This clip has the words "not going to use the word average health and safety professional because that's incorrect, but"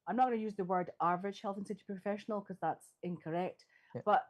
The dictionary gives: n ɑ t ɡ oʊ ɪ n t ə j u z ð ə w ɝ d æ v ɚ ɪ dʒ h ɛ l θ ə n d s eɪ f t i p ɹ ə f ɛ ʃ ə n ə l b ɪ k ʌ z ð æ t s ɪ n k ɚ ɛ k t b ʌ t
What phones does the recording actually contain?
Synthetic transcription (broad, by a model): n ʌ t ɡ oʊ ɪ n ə j u z ð ə w ɝ d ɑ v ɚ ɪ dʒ h ɛ l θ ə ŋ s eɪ t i p ɹ ə f ɛ ʃ ə n ə l k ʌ z ð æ t s ɪ n k ɚ ɛ k t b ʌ t